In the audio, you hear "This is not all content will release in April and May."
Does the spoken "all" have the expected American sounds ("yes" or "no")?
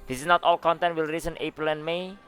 yes